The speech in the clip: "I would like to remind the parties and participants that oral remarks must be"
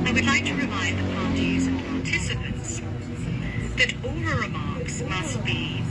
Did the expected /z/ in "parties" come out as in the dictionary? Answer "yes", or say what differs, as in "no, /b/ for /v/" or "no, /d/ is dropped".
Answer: yes